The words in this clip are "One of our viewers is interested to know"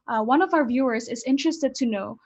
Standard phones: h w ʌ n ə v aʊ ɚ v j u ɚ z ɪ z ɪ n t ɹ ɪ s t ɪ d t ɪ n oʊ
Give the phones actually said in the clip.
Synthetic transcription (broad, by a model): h w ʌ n ə v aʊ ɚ v j u ɚ z ɪ z ɪ n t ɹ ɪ s t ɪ d t ɪ n oʊ